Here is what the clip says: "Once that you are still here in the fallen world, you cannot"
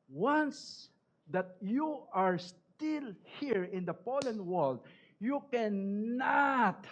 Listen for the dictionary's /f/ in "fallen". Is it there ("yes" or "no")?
no